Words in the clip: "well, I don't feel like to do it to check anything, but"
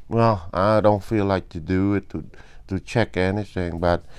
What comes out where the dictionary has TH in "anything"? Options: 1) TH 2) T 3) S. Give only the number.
3